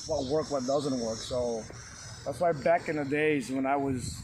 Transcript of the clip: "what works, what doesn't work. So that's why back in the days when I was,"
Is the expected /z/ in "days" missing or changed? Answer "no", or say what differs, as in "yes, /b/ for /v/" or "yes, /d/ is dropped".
no